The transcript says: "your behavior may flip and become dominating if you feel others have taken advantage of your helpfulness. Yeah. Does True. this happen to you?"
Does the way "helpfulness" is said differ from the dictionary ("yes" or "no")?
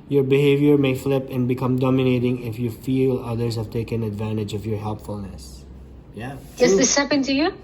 no